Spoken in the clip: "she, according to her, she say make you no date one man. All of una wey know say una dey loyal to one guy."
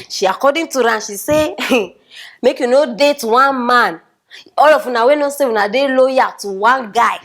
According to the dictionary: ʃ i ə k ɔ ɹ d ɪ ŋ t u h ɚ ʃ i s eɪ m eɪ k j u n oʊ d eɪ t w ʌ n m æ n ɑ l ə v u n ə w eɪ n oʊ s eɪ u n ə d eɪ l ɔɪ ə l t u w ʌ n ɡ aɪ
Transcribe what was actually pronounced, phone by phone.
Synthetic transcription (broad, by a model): ʃ i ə k ɔ d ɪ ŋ t u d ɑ ʃ i s eɪ m eɪ k j u n oʊ d eɪ t w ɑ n m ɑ n ɑ l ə f u n ə w eɪ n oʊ s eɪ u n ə d eɪ l ɔɪ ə t u w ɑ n ɡ aɪ